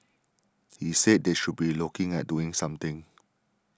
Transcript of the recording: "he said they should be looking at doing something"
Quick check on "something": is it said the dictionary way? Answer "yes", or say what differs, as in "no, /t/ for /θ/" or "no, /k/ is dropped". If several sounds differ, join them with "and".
no, /t/ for /θ/